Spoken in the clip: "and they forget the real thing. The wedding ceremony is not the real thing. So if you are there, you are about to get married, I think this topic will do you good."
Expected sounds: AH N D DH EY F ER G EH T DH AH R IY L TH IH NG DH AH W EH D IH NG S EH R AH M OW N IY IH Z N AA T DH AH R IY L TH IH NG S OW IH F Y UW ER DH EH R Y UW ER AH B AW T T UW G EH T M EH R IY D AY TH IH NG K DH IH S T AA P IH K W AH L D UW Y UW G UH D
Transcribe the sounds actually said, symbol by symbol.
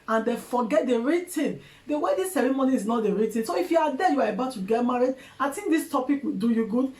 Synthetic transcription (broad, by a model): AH N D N F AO G EH T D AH R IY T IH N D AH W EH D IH S EH R AH M OW N IY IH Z N AA T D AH R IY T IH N S OW IH F Y UW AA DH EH Y UW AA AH B AW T T UW G EH T M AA R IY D AY T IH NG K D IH S T AA P IH K W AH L D UW Y UW G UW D